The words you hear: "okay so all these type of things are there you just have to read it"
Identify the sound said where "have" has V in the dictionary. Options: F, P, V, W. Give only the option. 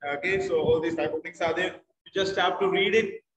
P